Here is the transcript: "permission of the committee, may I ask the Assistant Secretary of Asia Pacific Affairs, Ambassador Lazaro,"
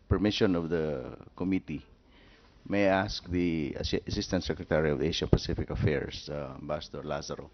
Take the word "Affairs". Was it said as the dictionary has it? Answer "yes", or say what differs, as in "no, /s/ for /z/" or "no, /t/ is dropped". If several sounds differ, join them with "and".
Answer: no, /s/ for /z/